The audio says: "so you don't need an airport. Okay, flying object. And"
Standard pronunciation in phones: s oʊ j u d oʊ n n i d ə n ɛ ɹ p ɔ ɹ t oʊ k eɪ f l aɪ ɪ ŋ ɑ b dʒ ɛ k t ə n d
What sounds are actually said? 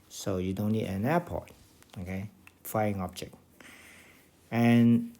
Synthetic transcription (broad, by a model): s oʊ j u d oʊ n n i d ə n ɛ p ɔ t oʊ k eɪ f aɪ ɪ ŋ ɑ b dʒ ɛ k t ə n